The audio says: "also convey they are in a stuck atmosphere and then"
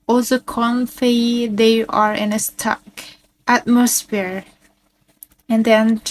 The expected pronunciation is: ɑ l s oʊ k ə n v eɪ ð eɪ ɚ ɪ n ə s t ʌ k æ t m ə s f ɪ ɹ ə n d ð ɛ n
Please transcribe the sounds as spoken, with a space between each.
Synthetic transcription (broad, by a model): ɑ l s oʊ k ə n f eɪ ð eɪ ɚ ɪ n ə s t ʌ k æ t m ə s f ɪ ɹ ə n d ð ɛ n